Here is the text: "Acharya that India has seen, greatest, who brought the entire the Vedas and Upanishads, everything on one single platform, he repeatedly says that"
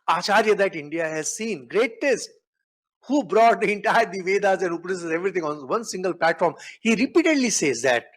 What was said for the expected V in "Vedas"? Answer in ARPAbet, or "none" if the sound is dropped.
V